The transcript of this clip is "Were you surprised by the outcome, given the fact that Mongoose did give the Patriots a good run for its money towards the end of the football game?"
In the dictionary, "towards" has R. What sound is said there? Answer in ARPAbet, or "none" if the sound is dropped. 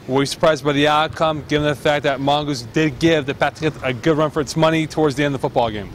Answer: R